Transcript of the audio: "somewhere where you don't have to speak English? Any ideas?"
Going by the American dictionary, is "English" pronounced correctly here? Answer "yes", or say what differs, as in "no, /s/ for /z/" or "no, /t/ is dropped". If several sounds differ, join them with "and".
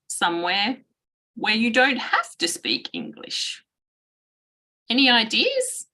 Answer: yes